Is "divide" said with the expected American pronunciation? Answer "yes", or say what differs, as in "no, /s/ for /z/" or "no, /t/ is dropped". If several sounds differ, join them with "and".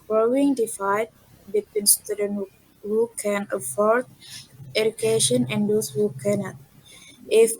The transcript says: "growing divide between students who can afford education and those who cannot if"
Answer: no, /f/ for /v/